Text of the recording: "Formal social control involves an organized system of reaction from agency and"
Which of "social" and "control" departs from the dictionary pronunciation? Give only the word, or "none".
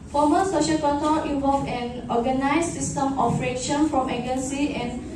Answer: control